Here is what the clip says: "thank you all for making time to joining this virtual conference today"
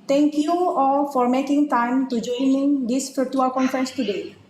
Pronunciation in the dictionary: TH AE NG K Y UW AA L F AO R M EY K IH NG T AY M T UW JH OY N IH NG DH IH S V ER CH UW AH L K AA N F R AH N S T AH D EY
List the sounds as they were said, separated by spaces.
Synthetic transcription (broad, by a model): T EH NG K Y UW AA F AO R M EY K IH NG T AY M T UW JH OY N IH NG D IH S F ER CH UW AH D K AA N F R AH N S T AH D EY